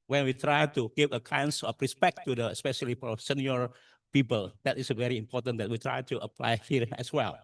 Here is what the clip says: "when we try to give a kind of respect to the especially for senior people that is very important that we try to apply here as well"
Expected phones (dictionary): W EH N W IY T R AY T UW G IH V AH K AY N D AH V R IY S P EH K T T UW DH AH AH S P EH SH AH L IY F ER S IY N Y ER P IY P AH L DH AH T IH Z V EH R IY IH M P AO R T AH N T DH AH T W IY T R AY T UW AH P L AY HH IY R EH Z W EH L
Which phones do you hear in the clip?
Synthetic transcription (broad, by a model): W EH N W IY T R AY T UW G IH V AH K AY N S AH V R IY S P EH K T T UW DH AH AH S P EH SH AH L IY P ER S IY N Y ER P IY P AH L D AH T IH S V EH R IY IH M P AO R T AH N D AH T W IY T R AY T UW AH P L AY HH IY R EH S W EH L